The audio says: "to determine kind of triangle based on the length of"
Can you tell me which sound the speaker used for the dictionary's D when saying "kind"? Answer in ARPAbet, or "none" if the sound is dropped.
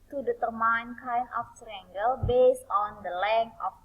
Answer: none